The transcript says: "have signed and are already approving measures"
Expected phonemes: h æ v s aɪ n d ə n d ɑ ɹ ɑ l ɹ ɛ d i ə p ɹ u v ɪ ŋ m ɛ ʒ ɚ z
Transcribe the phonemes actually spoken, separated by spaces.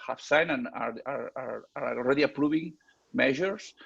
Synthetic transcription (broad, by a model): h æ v s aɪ n ə n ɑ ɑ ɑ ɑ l ɹ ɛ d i ə p ɹ u v ɪ ŋ m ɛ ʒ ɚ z